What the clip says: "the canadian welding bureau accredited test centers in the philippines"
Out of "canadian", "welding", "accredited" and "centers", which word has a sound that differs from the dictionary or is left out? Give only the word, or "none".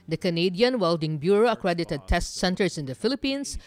centers